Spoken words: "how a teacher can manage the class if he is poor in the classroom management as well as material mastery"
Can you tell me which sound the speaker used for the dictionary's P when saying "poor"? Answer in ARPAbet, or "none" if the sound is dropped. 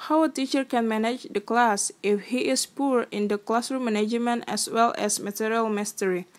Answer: P